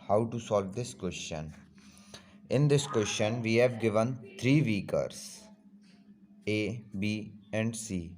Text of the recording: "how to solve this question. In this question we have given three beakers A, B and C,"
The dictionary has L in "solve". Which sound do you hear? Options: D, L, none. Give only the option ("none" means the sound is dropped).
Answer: L